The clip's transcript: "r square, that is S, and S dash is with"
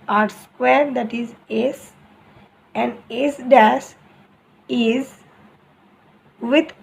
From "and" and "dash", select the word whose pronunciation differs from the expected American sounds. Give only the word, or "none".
dash